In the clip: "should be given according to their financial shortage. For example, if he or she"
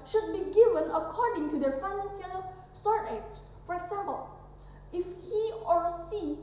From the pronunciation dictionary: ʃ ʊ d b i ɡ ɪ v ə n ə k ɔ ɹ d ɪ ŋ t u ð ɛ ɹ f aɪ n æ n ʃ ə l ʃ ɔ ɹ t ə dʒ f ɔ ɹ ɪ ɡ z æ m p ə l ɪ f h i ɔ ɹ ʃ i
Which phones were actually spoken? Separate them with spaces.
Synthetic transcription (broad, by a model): ʃ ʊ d b i ɡ ɪ v ə n ə k ɔ ɹ d ɪ ŋ t u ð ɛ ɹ f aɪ n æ n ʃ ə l s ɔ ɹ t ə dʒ f ɔ ɹ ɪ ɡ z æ m p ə l ɪ f h i ɔ ɹ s i